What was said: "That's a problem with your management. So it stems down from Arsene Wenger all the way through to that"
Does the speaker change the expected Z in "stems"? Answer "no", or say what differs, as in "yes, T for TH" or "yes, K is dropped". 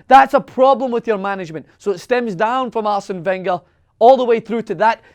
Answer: no